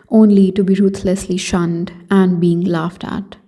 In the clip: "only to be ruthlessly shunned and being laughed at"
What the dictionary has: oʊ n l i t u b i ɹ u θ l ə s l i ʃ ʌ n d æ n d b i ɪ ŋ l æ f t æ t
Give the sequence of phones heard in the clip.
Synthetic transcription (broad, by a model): oʊ n l i t u b i ɹ u t l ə s l i ʃ ʌ n d æ n d b i ɪ ŋ l æ f t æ t